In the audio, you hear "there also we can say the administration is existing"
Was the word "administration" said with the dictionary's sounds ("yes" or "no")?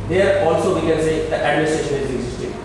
yes